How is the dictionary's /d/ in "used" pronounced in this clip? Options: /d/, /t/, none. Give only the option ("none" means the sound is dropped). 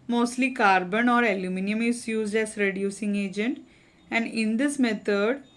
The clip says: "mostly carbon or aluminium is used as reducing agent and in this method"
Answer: /d/